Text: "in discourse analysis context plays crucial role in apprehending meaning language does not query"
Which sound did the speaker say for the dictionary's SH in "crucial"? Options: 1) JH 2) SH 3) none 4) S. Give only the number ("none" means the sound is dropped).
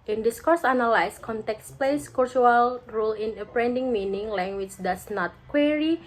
3